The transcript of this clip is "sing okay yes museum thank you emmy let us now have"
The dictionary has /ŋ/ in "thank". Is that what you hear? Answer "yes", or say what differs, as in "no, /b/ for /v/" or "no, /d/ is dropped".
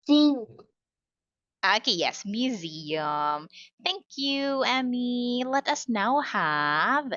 yes